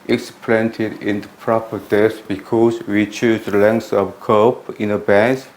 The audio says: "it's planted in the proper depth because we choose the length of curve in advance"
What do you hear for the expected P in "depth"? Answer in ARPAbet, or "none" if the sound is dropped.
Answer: none